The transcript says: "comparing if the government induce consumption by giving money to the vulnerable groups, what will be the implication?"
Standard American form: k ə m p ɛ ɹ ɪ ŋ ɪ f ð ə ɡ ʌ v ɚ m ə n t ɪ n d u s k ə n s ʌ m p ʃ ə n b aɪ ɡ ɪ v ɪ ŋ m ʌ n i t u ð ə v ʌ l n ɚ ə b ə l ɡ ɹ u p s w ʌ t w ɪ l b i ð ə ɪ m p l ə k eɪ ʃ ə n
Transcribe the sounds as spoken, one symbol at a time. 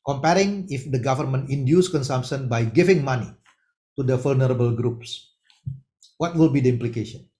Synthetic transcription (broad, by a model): k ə m p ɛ ɹ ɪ ŋ ɪ f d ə ɡ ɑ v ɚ m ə n t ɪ n d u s k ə n s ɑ m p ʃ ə n b aɪ ɡ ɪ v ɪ ŋ m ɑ n i t u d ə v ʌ l n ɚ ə b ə l ɡ ɹ u p s w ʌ t w ɪ l b i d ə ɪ m p l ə k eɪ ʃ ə n